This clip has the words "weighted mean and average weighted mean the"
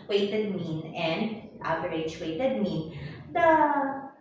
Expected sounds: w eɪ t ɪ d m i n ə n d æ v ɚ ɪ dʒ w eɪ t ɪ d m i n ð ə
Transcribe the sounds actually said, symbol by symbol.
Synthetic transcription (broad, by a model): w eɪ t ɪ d m i n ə n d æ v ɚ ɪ tʃ w eɪ t ɪ d m i n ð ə